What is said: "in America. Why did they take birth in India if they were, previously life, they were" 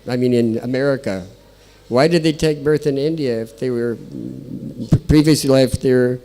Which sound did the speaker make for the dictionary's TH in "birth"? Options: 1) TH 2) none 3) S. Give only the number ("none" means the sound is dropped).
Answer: 1